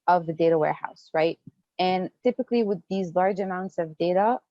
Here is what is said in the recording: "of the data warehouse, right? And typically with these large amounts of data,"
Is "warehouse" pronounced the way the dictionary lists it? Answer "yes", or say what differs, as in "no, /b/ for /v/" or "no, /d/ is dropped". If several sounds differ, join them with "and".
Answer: yes